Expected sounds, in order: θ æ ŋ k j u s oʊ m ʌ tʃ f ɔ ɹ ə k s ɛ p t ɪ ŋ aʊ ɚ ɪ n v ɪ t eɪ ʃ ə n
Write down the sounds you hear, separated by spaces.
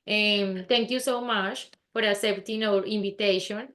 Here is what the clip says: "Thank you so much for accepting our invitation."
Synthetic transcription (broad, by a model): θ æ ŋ k j u s oʊ m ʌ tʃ f ɔ ɹ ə s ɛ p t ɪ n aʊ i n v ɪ t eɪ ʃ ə n